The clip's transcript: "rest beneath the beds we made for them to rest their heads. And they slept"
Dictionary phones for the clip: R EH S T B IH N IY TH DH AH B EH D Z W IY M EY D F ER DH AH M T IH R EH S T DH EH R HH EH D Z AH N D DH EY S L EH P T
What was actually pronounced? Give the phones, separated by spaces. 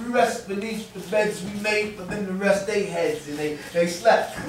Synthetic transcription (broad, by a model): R EH S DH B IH L IY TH DH AH B EH D Z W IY M EY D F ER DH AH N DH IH R EH S T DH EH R HH EH D Z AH N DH DH EY S L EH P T